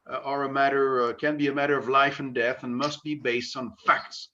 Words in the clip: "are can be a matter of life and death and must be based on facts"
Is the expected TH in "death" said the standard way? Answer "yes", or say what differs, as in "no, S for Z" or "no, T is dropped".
yes